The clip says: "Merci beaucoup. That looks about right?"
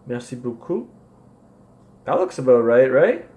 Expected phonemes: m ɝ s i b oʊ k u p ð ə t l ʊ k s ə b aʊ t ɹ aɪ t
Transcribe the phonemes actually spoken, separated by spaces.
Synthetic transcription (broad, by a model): m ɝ s i b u k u ð ə t l ʊ k s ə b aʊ t ɹ aɪ t